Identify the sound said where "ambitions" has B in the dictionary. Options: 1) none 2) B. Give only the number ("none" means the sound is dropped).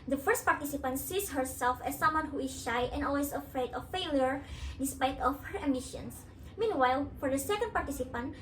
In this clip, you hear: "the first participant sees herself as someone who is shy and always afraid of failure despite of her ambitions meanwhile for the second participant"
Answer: 1